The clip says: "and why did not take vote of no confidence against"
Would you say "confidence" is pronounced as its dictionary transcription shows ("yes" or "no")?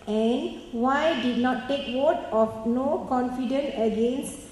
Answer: no